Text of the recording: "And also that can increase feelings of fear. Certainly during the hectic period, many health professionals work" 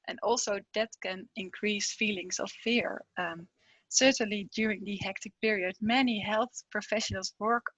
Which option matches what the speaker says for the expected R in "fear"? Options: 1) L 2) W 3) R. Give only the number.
3